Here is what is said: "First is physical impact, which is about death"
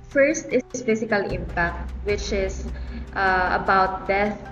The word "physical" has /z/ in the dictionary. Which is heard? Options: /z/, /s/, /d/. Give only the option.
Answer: /s/